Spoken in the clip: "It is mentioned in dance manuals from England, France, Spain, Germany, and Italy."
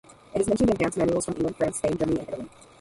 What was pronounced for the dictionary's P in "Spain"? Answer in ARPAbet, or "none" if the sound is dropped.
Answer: none